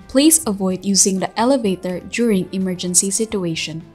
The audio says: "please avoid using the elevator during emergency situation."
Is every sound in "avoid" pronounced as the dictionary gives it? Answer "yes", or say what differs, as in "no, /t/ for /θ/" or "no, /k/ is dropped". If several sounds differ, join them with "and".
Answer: yes